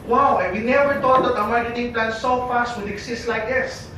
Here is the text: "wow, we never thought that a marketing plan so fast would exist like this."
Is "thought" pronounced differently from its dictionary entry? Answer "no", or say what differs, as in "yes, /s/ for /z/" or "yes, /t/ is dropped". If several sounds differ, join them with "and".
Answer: yes, /t/ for /θ/